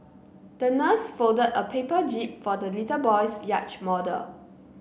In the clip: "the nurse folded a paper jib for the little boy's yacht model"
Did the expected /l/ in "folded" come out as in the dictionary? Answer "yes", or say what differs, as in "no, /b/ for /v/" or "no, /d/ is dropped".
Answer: no, /l/ is dropped